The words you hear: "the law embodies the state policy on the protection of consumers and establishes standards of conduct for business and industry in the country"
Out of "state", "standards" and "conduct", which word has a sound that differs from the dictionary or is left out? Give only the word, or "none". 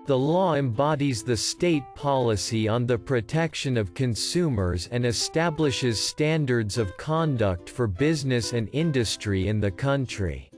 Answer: none